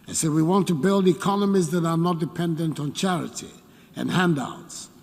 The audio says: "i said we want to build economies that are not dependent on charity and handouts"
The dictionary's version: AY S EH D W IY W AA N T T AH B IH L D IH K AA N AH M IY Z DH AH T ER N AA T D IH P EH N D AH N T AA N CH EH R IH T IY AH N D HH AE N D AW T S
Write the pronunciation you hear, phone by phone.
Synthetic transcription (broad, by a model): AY S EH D W IY W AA N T T AH B IH L D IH K AA N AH M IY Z DH AH T ER N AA T D IH P EH N D AH N T N CH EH R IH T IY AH N HH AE N D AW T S